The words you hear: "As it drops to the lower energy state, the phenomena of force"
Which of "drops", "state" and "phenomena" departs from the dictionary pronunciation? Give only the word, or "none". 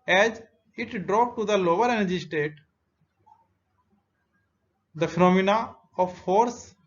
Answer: drops